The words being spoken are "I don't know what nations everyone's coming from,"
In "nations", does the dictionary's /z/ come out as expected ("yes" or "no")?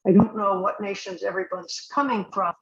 yes